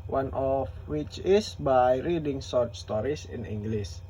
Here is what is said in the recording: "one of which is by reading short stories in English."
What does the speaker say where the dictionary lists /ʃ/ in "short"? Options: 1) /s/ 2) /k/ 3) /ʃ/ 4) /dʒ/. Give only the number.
1